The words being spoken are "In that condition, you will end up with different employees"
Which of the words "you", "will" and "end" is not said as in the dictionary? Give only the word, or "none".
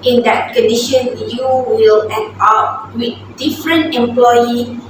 end